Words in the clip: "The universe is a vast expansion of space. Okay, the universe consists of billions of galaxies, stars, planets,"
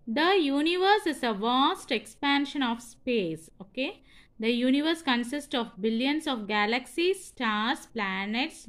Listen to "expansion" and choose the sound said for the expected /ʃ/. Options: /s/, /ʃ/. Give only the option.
/ʃ/